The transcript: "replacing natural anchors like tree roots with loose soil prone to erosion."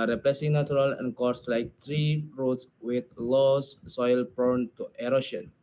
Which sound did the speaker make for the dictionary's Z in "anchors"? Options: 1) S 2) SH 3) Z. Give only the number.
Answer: 1